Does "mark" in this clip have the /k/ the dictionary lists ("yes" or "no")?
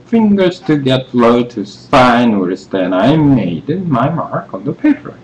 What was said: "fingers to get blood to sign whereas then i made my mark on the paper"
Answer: yes